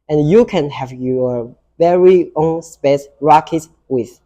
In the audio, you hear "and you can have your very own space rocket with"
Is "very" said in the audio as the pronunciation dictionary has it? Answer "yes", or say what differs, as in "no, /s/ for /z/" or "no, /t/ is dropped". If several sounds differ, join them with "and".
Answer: yes